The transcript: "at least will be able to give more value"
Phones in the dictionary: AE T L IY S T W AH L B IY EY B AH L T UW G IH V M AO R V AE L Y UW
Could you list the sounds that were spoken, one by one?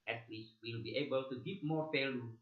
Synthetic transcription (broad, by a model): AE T W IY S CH W AH L B IY EY B AH L T UW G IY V M AO R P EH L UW